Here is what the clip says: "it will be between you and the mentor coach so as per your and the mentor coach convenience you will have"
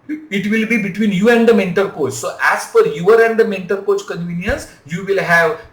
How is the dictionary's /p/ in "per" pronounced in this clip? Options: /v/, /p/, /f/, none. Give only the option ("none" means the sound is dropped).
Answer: /f/